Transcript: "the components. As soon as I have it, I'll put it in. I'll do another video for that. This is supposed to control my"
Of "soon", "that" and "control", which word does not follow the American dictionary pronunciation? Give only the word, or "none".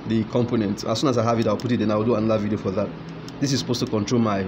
none